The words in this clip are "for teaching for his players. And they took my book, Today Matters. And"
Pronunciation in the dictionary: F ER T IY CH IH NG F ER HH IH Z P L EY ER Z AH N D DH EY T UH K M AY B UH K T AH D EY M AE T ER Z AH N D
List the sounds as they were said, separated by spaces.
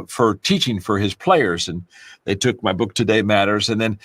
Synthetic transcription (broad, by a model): F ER T IY CH IH NG F ER IH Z P L EY ER Z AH N DH EY T UH K M AY B UH K T AH D EY M AE T ER Z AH N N